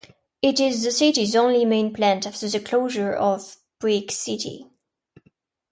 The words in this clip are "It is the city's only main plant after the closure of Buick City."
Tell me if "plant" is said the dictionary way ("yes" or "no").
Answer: yes